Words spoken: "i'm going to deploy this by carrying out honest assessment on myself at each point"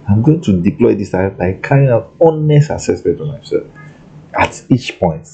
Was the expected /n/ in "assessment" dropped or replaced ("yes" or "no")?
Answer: yes